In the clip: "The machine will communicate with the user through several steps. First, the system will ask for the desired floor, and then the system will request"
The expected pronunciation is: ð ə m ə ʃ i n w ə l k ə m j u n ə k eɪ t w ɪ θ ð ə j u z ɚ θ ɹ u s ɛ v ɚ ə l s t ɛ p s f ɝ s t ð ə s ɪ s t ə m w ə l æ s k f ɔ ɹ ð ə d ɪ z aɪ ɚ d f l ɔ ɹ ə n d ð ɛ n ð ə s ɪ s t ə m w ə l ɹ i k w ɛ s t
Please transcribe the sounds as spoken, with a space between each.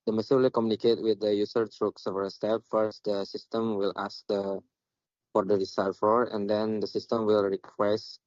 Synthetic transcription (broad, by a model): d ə m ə s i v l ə k ə m j u n ə k eɪ t w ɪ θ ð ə j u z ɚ t ɹ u s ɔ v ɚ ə s t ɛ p f ɝ s t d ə s ɪ s t ə m w ə l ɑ s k f ɔ ɹ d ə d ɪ s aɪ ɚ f ɔ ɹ ə n d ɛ n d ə s ɪ s t ə m w ə l ɹ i k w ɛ s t